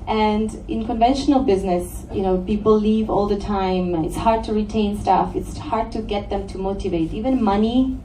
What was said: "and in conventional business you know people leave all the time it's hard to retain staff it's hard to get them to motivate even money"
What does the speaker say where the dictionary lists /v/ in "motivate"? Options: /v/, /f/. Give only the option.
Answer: /v/